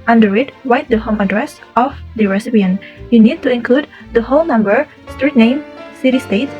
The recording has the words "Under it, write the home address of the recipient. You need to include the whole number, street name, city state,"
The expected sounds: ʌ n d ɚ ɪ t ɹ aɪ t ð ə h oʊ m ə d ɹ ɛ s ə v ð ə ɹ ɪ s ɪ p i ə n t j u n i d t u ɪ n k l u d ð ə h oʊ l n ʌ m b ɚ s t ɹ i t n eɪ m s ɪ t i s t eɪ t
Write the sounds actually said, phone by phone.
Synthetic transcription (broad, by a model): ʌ n d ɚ ɪ t w aɪ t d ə h oʊ m ə d ɹ ɛ s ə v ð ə ɹ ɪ s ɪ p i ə n j u n i d t u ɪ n k l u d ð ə h oʊ l n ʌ m b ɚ s t ɹ i t n eɪ m s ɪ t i s t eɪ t